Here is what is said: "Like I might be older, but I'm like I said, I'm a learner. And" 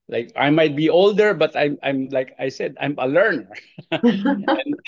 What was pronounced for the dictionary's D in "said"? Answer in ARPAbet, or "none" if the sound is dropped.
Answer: D